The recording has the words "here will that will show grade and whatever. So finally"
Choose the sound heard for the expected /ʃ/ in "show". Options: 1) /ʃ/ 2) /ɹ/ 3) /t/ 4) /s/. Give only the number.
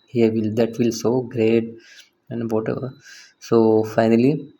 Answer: 4